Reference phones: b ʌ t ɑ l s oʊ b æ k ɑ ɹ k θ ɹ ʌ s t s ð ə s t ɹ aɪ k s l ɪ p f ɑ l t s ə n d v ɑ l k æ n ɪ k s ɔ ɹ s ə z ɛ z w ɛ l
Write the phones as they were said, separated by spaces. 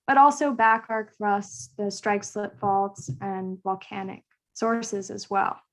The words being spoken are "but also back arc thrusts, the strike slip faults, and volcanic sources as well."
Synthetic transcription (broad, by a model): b ʌ t ɑ l s oʊ b æ k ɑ ɹ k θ ɹ ʌ s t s ð ə s t ɹ aɪ k s l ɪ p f ɑ l t s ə n v ɑ l k æ n ɪ k s ɔ ɹ s ə z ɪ z w ɛ l